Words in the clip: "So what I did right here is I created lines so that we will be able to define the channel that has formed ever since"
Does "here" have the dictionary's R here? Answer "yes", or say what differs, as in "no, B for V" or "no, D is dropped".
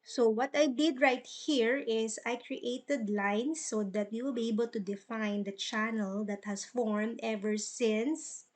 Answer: yes